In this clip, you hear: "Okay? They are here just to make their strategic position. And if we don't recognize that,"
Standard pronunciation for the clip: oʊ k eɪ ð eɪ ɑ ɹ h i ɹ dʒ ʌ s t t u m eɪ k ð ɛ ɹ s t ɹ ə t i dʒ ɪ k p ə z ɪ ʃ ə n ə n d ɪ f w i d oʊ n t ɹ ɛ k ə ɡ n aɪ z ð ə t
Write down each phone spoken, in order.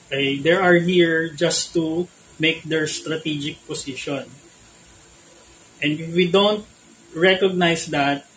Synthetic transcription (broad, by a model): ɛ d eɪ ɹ ɑ ɹ h i ɹ dʒ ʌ s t t u m eɪ k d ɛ ɹ s t ɹ ə t i dʒ ɪ k p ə s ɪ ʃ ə n ə n d ɪ f w i d oʊ n t ɹ ɛ k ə ɡ n aɪ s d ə t